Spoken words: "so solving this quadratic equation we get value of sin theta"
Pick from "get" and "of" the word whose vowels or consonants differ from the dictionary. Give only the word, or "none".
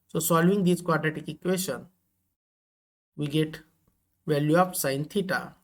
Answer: of